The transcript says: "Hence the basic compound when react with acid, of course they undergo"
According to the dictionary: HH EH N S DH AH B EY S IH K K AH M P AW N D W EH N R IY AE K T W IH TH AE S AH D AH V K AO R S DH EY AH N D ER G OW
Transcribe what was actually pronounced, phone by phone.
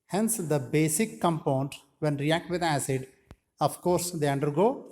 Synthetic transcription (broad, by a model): HH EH N S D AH B EY S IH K K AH M P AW N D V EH N R IY AE K T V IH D AE S AH D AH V K AO R S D EY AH N D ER G OW